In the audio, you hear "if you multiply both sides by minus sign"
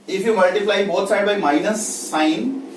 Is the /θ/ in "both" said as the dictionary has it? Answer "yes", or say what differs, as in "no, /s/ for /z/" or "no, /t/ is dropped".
no, /t/ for /θ/